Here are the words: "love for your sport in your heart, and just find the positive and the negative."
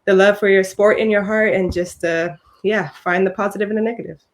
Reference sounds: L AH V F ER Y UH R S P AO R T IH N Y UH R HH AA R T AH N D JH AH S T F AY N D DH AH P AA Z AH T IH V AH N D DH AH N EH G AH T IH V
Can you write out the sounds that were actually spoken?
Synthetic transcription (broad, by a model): L AH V F ER Y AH R S P AO R T IH N Y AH R HH AA R T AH N JH AH S T F AY N DH AH P AA Z AH T IH V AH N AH N EH G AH T IH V